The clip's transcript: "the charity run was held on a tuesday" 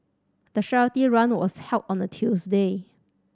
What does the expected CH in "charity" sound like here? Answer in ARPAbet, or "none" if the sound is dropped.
SH